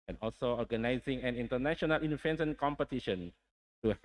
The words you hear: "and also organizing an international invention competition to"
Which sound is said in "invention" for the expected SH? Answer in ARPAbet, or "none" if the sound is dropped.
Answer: S